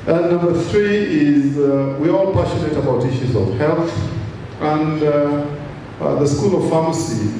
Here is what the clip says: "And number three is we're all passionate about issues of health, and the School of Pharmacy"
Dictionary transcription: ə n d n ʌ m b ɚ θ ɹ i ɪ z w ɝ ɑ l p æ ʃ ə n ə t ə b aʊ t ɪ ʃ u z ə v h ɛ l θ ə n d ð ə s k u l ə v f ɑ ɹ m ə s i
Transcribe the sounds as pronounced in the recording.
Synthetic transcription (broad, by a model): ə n n ʌ m b ɚ θ ɹ i ɪ z w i ɑ l p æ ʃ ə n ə t ə b aʊ t ɪ ʃ u z ə v h ɛ l θ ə n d ð ə s k u l ə v f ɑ m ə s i